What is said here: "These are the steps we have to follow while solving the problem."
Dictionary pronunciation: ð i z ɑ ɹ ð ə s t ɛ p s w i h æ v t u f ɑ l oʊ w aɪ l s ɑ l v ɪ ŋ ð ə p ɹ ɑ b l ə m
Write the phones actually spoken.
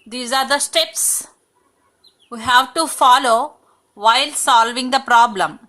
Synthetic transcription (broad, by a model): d i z ɑ ɹ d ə s t ɛ p s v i h æ v t u f ɑ l oʊ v aɪ l s ɑ l v ɪ ŋ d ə p ɹ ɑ b l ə m